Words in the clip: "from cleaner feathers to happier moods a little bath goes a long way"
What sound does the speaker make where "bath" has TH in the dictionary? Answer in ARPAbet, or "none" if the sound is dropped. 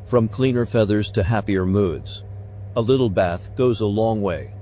TH